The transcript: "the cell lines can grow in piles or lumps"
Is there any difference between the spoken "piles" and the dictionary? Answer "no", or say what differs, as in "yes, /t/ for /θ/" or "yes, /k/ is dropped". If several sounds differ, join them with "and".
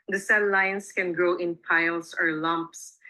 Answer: yes, /s/ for /z/